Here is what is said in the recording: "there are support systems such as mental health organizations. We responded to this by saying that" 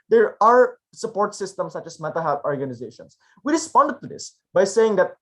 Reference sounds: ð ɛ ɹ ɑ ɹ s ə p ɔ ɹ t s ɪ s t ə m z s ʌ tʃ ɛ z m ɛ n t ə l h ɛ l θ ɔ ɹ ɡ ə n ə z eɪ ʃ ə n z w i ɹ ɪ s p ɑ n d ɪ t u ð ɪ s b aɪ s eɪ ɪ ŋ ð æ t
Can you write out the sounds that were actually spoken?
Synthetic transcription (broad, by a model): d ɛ ɹ ɑ ɹ s ə p ɔ ɹ t s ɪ s t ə m s ʌ tʃ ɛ s m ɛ t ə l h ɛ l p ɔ ɹ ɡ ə n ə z eɪ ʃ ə n s w i ɹ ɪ s p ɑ n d t u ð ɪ s b aɪ s eɪ ɪ ŋ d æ t